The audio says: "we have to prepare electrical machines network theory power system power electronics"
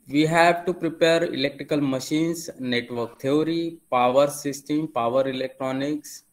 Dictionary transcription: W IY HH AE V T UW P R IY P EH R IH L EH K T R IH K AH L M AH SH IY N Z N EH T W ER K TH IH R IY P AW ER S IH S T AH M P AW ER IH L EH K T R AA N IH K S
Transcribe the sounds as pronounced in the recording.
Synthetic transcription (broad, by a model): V IY HH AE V T UW P R IY P EH R IH L EH K T R IH K AH L M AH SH IY N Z N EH T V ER K T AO R IY P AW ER S IH S T AH M P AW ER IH L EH K T R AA N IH K S